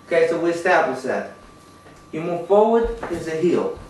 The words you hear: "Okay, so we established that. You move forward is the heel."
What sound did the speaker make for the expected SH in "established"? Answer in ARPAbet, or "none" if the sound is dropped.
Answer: none